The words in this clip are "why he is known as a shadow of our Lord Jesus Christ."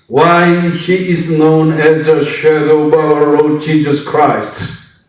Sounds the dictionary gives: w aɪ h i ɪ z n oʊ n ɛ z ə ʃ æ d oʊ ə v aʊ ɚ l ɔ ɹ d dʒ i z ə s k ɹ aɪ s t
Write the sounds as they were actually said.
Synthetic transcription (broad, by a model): w aɪ h i ɪ z n oʊ n ɛ z ə ʃ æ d oʊ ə b aʊ ɚ l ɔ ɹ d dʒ i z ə s k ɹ aɪ s t